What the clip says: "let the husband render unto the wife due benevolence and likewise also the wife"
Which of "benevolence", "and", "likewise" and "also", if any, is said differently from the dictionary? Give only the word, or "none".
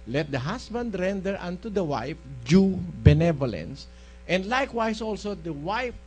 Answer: likewise